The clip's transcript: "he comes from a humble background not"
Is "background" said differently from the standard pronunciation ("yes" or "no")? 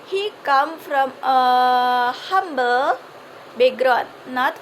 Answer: yes